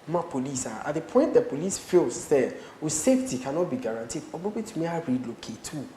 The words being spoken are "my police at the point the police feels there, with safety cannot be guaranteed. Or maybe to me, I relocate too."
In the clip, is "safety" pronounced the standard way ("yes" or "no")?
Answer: yes